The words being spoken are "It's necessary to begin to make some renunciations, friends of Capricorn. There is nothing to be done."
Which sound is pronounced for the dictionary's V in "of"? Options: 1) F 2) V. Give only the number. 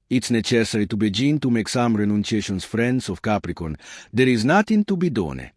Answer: 1